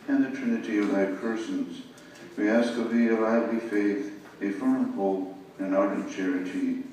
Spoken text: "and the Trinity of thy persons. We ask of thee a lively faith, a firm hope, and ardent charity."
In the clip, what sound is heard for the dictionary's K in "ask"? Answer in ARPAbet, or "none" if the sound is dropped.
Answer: K